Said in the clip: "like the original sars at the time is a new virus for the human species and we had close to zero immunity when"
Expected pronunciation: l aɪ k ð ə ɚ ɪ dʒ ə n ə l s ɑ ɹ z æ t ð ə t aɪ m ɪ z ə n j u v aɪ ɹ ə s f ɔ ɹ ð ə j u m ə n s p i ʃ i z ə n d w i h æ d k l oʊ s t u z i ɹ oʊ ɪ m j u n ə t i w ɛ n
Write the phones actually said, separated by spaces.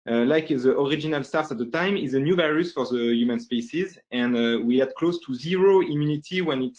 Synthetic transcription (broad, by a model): l aɪ k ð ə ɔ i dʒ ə n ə l s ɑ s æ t ð ə t aɪ m ɪ z ə n j u v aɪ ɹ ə s f ɔ ɹ ð ə j u m ə n s p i s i z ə n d w i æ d k l oʊ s t u z i ɹ oʊ ɪ m j u n ə t i w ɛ n